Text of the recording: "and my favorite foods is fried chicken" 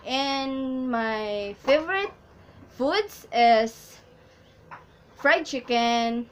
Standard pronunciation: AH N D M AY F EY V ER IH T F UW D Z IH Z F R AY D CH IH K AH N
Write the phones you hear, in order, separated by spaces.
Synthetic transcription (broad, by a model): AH N M AY F EY V ER IH T F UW D S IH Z F R AY D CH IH K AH N